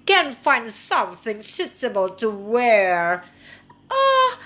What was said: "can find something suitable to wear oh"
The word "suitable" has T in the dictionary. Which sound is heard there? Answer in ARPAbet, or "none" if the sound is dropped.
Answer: S